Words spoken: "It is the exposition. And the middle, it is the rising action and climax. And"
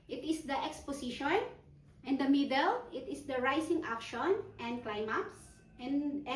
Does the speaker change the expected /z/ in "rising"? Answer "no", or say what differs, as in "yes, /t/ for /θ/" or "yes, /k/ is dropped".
yes, /s/ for /z/